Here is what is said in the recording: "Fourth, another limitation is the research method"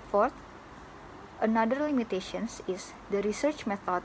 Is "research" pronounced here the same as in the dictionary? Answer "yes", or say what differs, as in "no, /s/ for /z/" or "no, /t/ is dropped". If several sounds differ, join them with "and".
yes